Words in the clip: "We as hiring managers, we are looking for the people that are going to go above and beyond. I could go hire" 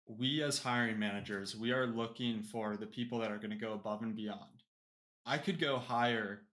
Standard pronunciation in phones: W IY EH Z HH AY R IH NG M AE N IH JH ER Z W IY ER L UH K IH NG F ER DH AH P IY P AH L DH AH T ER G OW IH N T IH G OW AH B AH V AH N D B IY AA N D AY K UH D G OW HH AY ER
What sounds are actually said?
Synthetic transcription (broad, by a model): W IY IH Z HH AY R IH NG M AE N IH JH ER Z W IY ER L UH K IH NG F ER DH AH P IY P L DH AH T ER G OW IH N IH G OW AH B AH V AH N B IY AA N D AY K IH D G OW HH AY ER